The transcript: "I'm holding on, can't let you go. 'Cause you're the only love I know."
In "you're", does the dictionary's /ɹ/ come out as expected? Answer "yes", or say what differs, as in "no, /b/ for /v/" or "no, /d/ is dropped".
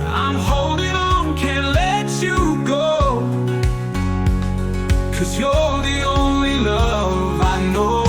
no, /l/ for /ɹ/